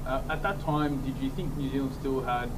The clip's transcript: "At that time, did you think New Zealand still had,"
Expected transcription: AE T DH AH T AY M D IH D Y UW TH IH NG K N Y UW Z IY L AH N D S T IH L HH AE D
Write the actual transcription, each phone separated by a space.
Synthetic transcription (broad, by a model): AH T DH AH T AY M D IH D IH TH IH NG K N Y UW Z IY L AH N S T IH L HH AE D